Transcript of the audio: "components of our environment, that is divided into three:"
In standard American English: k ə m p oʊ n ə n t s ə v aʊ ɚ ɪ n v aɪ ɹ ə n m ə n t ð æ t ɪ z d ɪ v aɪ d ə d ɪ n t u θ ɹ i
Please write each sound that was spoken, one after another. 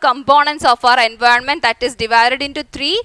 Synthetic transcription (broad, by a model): k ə m p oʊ n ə n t s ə f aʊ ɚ ɪ n v aɪ ɹ ə n m ə n t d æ t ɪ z d ɪ v aɪ d ə d ɪ n t u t ɹ i